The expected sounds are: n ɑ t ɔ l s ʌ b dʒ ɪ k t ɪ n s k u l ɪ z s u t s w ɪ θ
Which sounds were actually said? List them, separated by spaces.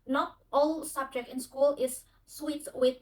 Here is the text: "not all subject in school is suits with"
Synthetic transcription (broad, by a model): n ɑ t ɔ l s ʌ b dʒ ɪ k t ɪ n s k u l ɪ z s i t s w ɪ